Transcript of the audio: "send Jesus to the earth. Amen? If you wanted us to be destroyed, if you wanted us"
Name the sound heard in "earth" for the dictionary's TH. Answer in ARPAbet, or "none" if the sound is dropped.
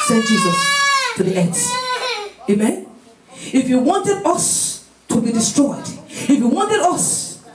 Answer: S